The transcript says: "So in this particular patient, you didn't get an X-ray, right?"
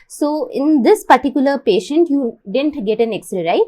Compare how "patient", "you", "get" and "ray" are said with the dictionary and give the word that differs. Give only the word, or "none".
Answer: ray